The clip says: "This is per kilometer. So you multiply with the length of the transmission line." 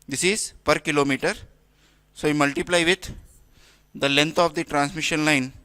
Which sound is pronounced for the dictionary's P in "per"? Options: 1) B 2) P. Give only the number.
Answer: 2